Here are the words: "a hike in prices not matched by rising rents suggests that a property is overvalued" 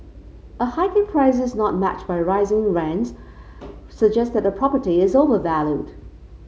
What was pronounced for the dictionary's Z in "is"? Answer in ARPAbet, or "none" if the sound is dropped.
Z